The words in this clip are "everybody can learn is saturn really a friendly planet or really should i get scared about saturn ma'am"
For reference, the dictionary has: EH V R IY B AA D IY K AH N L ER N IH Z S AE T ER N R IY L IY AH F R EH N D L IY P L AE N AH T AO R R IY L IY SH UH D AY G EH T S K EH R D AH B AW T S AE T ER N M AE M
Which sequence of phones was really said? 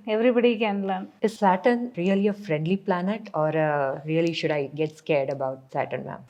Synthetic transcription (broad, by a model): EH V R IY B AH D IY K AH N L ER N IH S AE T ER N R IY L IY AH F R EH N D L IY P L AE N AH T AO R R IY L IY SH UH D AY G EH T S K EH R D AH B AW T S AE T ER N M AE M